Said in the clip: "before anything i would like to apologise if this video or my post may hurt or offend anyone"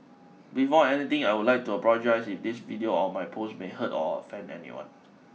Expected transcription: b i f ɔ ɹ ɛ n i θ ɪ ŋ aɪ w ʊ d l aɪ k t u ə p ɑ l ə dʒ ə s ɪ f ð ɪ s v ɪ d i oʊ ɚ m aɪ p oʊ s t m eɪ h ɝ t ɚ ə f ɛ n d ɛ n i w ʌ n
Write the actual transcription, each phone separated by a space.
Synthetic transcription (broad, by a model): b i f ɔ ɛ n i t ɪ ŋ aɪ w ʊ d l aɪ k t u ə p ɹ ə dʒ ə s ɪ f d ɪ s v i d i oʊ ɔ m aɪ p oʊ s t m eɪ h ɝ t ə f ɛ n ɛ n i w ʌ n